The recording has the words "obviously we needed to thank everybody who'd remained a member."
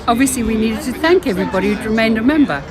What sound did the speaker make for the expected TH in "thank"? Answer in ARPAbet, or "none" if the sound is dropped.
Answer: TH